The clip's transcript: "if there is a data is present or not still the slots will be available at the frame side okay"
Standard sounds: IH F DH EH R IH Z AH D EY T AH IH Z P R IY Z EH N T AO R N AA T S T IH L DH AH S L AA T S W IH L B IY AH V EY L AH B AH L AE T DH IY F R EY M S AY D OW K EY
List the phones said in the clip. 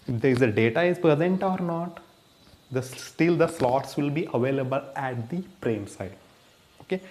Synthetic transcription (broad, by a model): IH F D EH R IH Z AH D EY T AH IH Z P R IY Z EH N T AO R N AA T S T IH L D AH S L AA T S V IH L B IY AH V EY L AH B AH L AE T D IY P R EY M S AY D OW K EY